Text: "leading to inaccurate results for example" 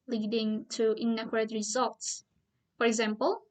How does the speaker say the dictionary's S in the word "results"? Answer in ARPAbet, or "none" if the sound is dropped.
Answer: S